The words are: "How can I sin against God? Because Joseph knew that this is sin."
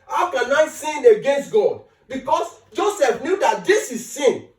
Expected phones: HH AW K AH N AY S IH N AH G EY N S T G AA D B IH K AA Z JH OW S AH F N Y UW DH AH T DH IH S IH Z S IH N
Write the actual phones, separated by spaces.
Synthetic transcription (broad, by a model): HH AW K AH N AY S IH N AH G EY N S T G AA D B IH K AA S JH OW S AH F N Y UW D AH T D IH S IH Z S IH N